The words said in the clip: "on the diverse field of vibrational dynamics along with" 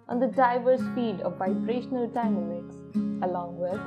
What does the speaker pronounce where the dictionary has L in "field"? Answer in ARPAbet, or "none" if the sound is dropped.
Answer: none